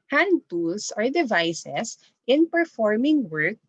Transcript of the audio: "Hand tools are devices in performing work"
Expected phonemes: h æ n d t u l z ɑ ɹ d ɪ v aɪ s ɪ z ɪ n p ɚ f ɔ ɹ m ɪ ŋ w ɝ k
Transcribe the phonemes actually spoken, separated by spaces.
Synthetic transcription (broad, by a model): h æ n d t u l s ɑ ɹ d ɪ v aɪ s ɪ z ɪ n p ɚ f ɔ ɹ m ɪ ŋ w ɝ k